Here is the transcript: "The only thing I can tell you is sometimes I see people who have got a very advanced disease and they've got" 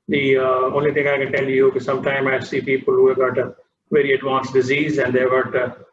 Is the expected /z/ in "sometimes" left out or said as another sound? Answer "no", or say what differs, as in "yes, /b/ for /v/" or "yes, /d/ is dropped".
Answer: yes, /z/ is dropped